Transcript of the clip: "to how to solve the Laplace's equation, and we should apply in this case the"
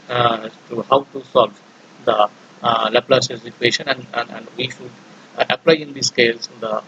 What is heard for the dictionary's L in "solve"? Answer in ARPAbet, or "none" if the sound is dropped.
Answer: L